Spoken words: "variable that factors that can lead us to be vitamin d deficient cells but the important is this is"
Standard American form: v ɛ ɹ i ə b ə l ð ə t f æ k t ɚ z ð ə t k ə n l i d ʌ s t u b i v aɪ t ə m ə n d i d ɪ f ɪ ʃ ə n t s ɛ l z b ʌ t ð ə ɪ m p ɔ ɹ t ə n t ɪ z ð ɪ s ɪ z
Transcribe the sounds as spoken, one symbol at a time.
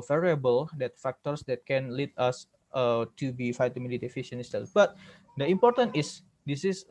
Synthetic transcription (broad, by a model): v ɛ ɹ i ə b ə l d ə t f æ k t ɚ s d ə t k ə n l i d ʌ s t u b i f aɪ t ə m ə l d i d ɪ f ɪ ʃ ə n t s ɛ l b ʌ t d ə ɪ m p ɔ ɹ t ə n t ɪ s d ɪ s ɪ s